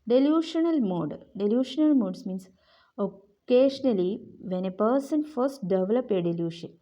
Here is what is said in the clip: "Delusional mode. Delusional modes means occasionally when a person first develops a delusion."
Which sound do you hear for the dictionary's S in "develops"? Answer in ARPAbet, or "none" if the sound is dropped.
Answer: none